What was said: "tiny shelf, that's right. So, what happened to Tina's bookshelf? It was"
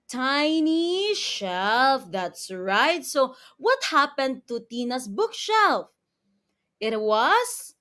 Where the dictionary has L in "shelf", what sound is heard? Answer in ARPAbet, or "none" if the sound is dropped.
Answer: L